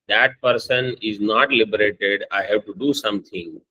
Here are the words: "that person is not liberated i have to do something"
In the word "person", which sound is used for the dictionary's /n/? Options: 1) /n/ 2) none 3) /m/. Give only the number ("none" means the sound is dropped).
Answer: 1